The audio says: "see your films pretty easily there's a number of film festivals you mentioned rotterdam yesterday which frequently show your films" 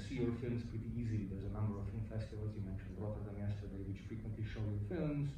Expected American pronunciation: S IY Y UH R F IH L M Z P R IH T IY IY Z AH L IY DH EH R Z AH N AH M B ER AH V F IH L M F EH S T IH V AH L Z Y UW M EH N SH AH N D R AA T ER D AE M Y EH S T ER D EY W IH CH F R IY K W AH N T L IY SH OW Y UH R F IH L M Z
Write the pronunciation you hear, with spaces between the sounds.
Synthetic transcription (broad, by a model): S IY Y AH R F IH L M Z P R IH T IY IY Z AH L IY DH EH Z AH N AH M B ER AH V F IH L M F EH S T IH V AH L Z Y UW M EH N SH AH N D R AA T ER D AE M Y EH S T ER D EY W IH CH F R IY K W AH N T L IY SH OW Y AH R F IH L M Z